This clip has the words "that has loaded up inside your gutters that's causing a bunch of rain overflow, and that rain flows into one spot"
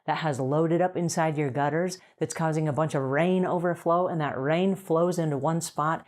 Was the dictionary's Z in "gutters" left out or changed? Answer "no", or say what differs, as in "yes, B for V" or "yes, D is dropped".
no